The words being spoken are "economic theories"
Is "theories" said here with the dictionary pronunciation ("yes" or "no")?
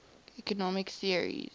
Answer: no